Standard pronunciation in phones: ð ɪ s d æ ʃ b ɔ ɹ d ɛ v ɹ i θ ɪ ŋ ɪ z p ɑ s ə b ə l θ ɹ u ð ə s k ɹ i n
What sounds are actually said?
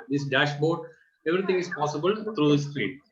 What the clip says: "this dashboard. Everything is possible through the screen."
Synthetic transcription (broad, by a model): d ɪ s d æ ʃ b ɔ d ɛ v ɹ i t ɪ ŋ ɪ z p ɑ s ə b ə l t ɹ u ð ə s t ɹ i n